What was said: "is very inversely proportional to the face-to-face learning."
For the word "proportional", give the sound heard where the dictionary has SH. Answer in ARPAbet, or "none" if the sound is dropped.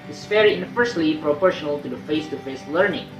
SH